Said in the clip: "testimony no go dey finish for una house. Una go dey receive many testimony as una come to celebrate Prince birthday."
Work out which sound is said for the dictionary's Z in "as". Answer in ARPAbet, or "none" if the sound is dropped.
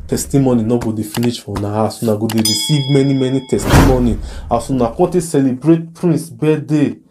S